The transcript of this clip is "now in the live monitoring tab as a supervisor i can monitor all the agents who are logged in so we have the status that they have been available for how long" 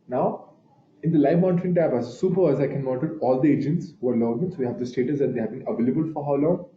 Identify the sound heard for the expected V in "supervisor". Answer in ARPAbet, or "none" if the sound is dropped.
none